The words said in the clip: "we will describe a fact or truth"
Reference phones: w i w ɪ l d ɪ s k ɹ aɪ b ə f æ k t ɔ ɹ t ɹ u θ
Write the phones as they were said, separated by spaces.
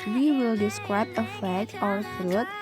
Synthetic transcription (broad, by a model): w i w ɪ l d ɪ s k ɹ aɪ b ə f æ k ɔ ɹ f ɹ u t